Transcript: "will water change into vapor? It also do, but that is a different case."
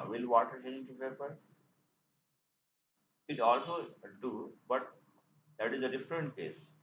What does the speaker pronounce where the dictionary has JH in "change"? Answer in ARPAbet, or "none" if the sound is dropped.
none